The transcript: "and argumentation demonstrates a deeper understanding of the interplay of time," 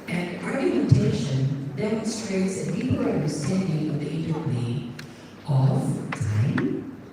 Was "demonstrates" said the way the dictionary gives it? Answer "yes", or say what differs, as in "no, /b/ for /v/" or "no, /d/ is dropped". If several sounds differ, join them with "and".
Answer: yes